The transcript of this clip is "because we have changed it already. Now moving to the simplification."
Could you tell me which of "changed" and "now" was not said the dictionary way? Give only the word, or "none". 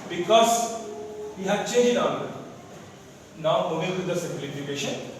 changed